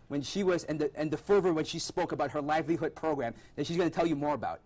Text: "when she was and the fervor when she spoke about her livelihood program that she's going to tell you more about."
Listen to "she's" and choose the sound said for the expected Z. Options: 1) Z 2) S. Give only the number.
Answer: 1